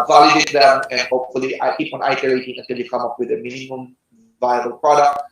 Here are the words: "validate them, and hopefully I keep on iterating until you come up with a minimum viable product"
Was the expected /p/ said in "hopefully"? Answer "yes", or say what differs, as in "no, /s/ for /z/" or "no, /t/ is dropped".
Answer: yes